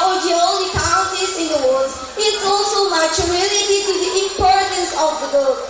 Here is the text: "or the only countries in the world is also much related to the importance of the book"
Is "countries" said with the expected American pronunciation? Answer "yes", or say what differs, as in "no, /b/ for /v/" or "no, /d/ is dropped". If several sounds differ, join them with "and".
no, /ɹ/ is dropped